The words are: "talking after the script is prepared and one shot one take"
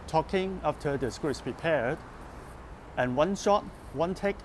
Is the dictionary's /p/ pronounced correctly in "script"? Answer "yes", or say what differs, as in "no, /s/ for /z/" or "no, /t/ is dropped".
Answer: no, /p/ is dropped